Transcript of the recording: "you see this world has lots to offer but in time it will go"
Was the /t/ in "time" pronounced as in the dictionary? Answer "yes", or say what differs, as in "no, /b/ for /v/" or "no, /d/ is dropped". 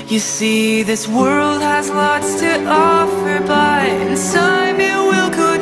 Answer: no, /s/ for /t/